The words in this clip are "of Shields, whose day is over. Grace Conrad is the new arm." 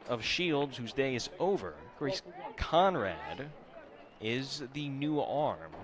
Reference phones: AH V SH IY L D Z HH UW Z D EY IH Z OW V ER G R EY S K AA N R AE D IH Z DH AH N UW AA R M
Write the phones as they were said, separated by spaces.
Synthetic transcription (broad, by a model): AH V SH IY L D Z HH UW Z D EY IH Z OW V ER G R EY S K AA N R AE D IH Z DH AH N UW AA R M